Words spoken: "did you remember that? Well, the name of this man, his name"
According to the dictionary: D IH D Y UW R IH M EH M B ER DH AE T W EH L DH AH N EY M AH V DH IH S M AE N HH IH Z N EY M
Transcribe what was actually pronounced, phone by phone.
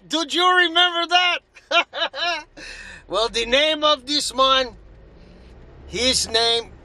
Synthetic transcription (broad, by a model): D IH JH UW R IH M EH M B ER DH AE T W EH L DH AH N EY M AH V DH IH S M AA N HH IH Z N EY M